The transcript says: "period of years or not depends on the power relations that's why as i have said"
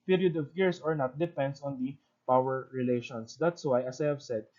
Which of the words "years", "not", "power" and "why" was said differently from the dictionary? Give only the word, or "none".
years